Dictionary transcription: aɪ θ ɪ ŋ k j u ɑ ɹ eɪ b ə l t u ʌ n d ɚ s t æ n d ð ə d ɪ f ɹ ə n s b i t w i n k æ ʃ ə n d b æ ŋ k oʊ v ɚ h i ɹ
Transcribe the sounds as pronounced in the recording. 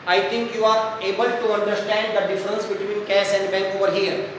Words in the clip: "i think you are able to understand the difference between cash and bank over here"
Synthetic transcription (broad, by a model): aɪ t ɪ ŋ k j u ɑ ɹ eɪ b ə l t u ʌ n d ɚ s t æ n d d ə d ɪ f ɹ ə n s b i t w i n k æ s ə n d b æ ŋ k oʊ v ɚ h i ɹ